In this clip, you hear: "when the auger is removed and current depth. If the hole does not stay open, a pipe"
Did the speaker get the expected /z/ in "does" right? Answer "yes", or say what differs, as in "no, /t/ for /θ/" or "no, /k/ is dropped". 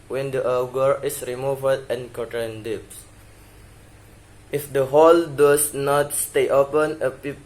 no, /s/ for /z/